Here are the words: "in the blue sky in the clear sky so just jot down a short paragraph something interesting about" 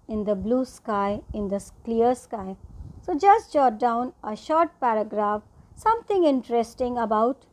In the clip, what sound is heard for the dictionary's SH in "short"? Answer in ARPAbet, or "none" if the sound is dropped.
SH